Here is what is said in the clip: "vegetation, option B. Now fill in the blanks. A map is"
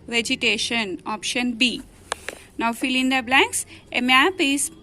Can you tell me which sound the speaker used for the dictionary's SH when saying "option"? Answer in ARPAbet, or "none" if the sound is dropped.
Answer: SH